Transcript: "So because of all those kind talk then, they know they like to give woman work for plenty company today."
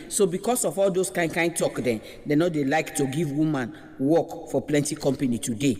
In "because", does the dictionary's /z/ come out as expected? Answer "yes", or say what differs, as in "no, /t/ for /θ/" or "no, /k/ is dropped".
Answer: no, /s/ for /z/